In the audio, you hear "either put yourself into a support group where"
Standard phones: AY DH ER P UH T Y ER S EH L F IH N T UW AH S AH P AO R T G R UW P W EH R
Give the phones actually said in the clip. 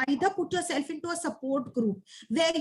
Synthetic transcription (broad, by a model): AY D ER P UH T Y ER S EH L F IH N T UW AH S AH P AO R T G R UW P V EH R